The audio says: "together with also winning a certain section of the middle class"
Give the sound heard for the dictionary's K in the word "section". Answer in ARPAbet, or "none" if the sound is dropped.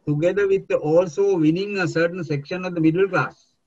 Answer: K